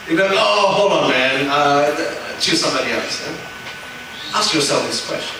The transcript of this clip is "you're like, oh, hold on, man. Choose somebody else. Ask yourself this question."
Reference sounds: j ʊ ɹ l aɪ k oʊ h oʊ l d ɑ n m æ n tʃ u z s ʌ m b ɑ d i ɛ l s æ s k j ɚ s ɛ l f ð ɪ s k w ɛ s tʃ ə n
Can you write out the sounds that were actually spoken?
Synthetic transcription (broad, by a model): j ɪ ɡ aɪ oʊ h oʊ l ɑ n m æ n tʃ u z s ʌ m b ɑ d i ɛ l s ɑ s k j ɚ s ɛ l f ð ɪ s k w ɛ s tʃ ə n